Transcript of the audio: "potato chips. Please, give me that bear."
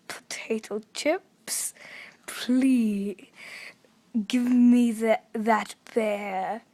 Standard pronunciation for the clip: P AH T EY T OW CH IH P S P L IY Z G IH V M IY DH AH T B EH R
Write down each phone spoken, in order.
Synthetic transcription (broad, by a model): P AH T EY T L CH IH P S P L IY G IH V M IY DH AH T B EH